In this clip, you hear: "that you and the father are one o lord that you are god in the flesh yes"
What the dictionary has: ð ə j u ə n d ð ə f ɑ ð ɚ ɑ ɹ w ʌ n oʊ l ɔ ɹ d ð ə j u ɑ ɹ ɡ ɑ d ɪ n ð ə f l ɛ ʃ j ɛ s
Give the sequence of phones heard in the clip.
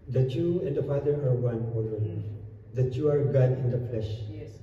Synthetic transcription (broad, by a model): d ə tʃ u ə n d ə f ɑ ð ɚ ɑ ɹ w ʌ n oʊ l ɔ l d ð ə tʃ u ɑ ɹ ɡ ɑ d ɪ n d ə f l ɛ ʃ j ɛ